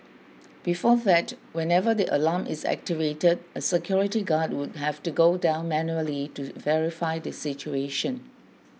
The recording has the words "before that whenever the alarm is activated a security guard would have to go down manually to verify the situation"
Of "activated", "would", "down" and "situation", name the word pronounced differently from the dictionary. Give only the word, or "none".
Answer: none